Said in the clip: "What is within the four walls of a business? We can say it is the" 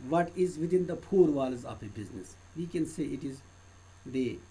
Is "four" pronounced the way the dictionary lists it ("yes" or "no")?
no